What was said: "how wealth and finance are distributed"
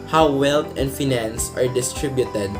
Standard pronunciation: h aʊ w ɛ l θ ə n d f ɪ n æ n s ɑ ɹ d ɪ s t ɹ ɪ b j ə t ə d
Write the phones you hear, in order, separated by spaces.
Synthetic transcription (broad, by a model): h aʊ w ɛ l t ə n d f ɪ n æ n s ɑ ɹ d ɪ s t ɹ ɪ b j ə t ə d